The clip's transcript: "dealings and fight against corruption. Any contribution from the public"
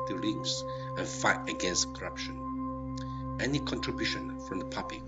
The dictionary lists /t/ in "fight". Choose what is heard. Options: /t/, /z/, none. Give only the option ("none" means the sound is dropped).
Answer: /t/